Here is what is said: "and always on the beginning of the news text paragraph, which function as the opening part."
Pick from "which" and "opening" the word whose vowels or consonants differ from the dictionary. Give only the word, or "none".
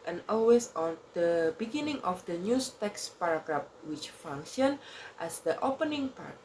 none